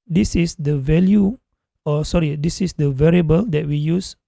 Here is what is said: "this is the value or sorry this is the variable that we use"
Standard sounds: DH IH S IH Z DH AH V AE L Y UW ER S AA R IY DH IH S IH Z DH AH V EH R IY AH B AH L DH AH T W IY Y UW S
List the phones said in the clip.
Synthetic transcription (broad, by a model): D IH S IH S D AH V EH L Y UW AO S AA R IY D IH S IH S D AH V EH R IY AH B AH L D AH T W IY Y UW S